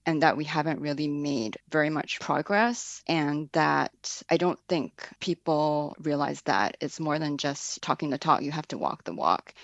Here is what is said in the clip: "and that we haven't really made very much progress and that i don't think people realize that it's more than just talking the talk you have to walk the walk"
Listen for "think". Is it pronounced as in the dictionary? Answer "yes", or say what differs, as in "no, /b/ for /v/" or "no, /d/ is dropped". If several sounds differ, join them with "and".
yes